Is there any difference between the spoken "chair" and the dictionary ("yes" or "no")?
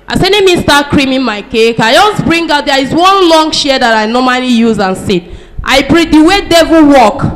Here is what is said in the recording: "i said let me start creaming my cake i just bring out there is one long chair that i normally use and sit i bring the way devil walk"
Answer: yes